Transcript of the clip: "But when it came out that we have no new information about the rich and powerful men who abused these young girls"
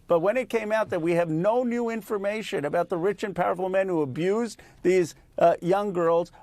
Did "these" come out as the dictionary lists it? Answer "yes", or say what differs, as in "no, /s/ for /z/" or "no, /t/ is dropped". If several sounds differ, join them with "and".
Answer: yes